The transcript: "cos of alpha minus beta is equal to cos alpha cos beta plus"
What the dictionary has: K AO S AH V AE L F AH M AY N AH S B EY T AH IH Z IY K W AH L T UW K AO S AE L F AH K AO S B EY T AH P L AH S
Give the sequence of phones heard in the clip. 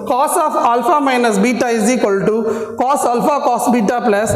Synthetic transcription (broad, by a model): K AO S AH F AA L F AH M AY N AH S B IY T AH IH Z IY K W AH L T UW K AO S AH L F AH K AO S B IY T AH P L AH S